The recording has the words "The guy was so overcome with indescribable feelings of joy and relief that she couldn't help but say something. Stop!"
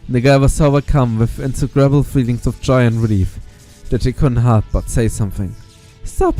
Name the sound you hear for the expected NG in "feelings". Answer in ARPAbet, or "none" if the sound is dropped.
NG